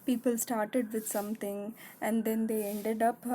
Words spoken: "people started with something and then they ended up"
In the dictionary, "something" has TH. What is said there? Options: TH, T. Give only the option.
T